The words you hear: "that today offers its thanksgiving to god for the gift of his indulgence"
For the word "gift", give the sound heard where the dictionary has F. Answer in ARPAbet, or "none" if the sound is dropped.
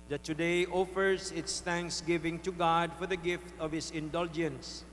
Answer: F